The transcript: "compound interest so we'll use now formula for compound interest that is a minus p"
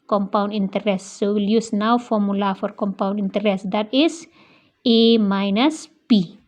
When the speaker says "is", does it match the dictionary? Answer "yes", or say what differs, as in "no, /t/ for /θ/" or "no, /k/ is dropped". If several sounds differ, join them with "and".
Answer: no, /s/ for /z/